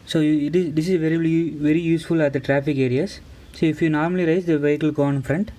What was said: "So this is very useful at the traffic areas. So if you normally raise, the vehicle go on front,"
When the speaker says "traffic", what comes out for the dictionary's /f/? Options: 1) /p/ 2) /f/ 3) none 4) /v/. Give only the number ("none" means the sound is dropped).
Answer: 2